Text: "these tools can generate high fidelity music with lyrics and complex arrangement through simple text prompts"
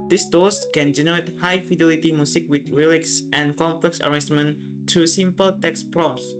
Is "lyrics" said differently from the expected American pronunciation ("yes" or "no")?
yes